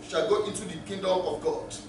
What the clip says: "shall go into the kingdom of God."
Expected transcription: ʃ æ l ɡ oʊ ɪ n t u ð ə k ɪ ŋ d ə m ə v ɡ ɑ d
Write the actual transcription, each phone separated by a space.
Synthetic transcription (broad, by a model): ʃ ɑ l ɡ oʊ ɪ n t u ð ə k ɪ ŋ d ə m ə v ɡ ɑ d